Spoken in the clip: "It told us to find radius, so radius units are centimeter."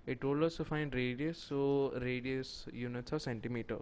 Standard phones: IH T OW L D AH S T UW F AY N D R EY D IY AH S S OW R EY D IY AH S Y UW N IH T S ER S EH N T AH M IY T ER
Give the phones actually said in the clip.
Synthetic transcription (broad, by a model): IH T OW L AH S T UW F AY N D R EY D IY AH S S OW R EY D IY AH S Y UW N IH T S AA S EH N T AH M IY T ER